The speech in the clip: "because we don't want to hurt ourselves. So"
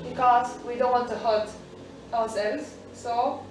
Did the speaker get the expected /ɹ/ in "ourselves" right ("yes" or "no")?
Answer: no